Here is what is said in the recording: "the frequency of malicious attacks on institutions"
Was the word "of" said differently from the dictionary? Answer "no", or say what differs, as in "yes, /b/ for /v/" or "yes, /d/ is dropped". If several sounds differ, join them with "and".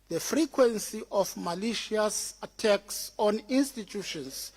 yes, /f/ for /v/